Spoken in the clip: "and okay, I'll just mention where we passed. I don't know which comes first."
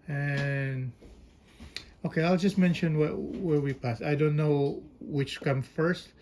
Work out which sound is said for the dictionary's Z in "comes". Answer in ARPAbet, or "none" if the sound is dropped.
none